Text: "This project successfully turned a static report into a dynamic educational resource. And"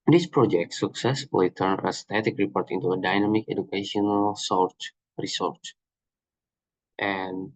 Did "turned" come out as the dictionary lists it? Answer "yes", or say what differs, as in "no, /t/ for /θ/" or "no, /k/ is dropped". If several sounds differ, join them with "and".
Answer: no, /d/ is dropped